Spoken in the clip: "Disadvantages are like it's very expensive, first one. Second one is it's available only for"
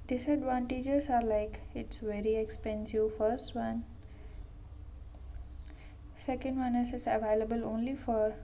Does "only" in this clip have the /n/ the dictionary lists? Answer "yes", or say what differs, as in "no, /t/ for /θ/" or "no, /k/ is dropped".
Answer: yes